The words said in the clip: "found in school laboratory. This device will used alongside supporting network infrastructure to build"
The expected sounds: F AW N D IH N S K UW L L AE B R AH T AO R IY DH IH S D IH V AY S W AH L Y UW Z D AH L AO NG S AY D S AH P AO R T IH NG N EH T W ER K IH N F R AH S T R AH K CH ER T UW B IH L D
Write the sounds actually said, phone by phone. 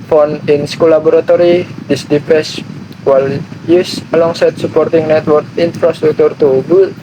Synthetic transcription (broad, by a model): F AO N IH N S K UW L L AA B R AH T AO R IY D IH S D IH P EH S W AH L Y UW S AH L AO NG S AY D S AH P AO R T IH NG N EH T W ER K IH N F R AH S T R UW K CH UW T UW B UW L